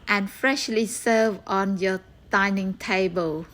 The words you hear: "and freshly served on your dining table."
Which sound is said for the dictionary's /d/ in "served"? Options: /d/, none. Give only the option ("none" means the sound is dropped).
none